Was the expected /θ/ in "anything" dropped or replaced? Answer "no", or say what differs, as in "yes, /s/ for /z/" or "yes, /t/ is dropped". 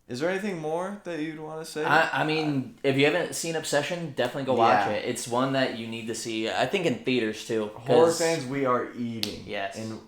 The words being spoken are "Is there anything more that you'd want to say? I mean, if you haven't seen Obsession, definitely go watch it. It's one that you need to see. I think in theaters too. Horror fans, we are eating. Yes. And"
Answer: no